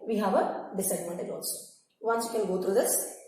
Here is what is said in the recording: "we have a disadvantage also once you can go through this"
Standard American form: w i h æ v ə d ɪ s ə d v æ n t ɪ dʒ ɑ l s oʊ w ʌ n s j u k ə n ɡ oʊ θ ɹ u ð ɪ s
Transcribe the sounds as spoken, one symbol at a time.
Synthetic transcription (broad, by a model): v i h æ v ə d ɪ s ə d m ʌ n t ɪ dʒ ɑ l s oʊ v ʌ n s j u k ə l ɡ oʊ t ɹ u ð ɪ s